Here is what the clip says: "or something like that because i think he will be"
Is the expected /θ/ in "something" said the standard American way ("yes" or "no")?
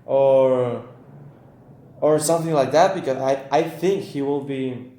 yes